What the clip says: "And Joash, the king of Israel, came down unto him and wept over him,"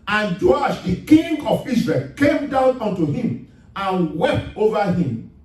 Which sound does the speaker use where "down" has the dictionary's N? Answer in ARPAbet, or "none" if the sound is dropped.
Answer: N